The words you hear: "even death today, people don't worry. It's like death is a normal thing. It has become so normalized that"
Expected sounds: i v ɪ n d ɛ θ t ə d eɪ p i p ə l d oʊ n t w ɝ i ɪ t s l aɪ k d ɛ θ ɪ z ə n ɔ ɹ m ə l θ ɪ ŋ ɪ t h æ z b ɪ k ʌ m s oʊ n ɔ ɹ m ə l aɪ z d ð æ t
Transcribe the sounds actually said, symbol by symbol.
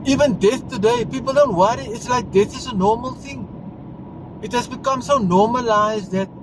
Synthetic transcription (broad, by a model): i v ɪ n d ɛ θ t ə d eɪ p i p ə l d oʊ n t w ɝ i ɪ t s l aɪ k d ɛ θ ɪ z ə n ɔ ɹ m ə l θ ɪ ŋ ɪ t h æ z b ɪ k ʌ m s oʊ n ɔ m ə l aɪ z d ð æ t